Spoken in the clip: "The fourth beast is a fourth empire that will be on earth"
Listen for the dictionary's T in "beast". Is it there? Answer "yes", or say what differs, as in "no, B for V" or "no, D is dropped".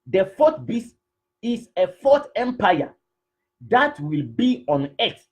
no, T is dropped